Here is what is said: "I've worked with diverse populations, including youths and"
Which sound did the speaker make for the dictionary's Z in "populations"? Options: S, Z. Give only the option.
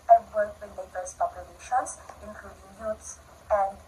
S